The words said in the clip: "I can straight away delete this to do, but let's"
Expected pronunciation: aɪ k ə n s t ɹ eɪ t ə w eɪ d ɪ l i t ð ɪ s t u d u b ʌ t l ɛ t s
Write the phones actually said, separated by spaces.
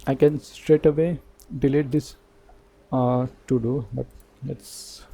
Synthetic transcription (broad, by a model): aɪ k ə n s t ɹ eɪ t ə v eɪ d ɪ l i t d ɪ s t u d u b ʌ t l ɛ t s